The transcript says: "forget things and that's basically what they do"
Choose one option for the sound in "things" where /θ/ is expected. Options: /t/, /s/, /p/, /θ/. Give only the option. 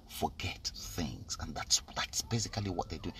/θ/